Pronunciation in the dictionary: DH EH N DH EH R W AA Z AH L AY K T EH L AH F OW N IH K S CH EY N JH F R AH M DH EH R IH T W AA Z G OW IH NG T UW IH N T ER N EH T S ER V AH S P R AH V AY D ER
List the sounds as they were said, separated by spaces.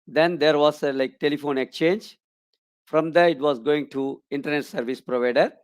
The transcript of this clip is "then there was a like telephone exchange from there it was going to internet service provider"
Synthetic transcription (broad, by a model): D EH N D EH R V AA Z AH L AY K T EH L AH F OW N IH K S CH EY N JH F R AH M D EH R IH T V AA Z G OW IH NG T UW IH N T ER N EH T S ER V AH S P R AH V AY D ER